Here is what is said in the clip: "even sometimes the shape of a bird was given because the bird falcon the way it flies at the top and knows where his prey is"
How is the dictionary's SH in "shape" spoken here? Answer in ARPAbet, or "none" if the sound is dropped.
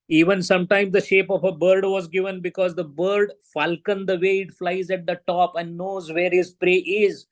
SH